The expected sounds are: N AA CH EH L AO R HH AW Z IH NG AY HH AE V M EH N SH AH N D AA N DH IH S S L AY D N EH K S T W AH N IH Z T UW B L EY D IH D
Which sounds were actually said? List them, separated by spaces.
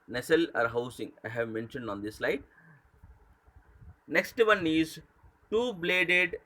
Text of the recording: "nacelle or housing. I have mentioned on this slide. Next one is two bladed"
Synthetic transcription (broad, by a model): N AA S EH L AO R HH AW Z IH NG AY HH AE V M EH N SH AH N D AA N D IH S S L AY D N EH K S T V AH N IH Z T UW B L EY D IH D